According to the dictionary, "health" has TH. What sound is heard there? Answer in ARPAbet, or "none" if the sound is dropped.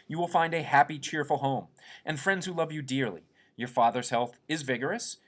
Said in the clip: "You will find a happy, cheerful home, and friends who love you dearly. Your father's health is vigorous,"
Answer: TH